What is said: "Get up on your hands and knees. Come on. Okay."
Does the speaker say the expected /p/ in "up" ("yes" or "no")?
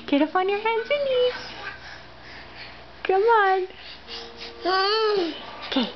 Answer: no